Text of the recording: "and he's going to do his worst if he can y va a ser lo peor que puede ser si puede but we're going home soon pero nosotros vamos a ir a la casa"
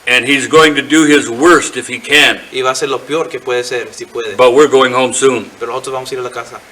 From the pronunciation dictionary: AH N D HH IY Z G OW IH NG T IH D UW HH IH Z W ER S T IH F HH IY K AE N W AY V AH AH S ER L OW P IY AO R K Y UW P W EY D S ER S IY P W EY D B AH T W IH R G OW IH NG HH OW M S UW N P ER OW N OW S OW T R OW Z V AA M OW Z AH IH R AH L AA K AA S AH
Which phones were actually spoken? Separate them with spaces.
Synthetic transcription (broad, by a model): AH N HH IY Z G OW IH NG T IH D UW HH IH Z W ER S T IH F HH IY K AE N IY B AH S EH L OW P IY AO R K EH P W EY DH S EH S IY P W EY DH B AH T W IH R G OW IH NG HH OW M S UW N P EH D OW OW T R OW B AA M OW S AH IH R AH L AA K AA S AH